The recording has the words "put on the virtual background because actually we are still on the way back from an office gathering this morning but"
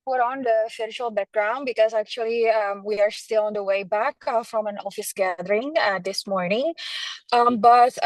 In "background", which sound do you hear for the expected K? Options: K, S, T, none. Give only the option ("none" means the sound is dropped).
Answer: K